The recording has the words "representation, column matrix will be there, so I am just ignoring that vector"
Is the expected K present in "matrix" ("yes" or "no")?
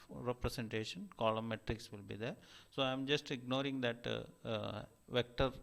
yes